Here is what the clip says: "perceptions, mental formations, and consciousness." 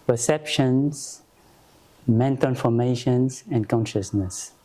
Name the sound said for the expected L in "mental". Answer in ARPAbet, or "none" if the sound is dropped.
N